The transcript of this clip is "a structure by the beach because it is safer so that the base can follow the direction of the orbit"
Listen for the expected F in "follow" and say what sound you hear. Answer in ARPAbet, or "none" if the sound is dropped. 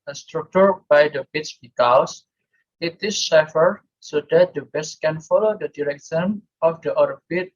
F